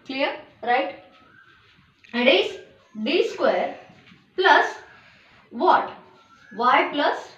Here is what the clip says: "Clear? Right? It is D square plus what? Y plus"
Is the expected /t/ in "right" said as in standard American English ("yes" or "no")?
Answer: yes